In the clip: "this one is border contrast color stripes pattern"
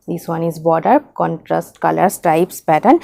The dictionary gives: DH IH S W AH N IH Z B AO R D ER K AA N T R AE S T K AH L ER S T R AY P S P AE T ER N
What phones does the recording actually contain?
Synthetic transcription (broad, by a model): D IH S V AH N IH Z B AO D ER K AA N T R AE S T K AH L ER S T R AY P S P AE T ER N